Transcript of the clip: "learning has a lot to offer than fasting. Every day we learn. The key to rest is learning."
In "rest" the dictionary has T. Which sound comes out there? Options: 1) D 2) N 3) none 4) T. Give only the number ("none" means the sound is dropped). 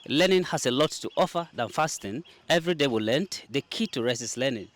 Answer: 3